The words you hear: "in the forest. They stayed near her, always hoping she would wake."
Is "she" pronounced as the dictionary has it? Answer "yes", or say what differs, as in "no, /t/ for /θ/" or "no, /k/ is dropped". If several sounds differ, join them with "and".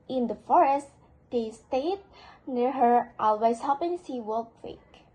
no, /s/ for /ʃ/